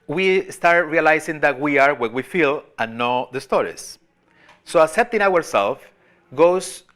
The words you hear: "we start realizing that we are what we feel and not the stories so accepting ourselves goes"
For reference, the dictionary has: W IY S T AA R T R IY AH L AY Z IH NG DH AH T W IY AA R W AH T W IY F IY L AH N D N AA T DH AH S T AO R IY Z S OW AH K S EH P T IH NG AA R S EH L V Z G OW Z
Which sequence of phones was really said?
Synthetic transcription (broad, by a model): W IY S T AA R T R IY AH L AY S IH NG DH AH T W IY AA R W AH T W IY F IY L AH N N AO DH AH S T AO R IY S S OW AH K S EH P T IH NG AA R S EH L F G OW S